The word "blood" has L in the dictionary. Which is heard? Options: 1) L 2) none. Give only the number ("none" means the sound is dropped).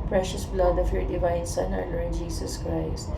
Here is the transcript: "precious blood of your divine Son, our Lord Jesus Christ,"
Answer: 1